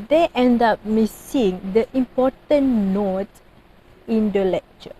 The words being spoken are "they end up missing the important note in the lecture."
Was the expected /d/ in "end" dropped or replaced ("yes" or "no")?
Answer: no